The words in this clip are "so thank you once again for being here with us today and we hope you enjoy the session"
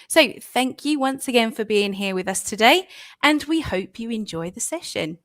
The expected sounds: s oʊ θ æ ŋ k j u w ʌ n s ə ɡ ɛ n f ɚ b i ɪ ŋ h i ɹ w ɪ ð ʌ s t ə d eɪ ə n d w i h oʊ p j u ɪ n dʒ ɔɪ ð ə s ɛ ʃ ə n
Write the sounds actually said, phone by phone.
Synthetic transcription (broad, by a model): s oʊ θ æ ŋ k j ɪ w ʌ n s ə ɡ ɛ n f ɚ b i ɪ ŋ h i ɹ w ɪ ð ʌ s t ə d eɪ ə n w i h oʊ p j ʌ ɪ n dʒ ɔɪ ð ə s ɛ ʃ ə n